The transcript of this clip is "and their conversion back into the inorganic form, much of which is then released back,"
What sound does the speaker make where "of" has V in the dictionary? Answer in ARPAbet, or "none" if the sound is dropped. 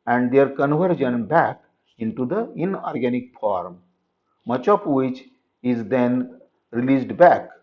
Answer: P